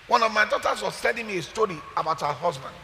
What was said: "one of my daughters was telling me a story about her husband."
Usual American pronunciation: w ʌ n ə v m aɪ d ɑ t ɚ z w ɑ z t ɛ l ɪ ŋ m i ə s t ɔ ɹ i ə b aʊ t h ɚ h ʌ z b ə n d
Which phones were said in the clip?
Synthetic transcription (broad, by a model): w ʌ n ə v m aɪ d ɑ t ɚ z w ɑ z s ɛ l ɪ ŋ m i ə s t ɔ ɹ i ə b aʊ t h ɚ h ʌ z b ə n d